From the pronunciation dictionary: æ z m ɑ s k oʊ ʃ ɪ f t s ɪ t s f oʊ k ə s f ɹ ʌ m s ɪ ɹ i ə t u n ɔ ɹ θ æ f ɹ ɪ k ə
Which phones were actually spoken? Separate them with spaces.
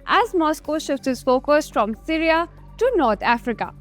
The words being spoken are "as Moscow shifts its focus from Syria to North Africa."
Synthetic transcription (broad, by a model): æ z m ɑ s k oʊ ʃ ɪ f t ɪ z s f oʊ k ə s f ɹ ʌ m s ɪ ɹ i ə t u n ɔ ɹ t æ f ɹ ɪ k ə